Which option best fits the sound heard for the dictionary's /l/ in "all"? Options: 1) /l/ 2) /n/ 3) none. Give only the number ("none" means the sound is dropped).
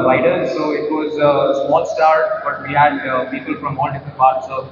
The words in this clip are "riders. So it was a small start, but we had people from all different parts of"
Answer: 2